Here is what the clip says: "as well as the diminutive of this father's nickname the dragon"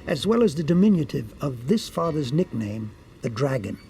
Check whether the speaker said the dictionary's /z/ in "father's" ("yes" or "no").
yes